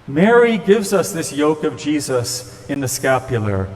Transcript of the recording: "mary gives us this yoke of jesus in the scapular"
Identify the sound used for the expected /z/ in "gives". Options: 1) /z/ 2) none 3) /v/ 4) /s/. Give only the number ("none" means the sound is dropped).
1